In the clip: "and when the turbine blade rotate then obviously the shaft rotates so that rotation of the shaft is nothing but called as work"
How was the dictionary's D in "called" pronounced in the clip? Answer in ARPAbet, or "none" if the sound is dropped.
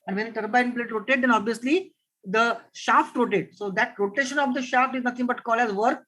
none